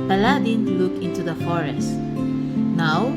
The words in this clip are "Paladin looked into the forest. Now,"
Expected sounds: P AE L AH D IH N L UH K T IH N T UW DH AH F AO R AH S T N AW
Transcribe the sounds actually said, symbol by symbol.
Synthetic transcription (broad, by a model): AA L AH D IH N L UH K IH N T UW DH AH F AO R AH S T N AW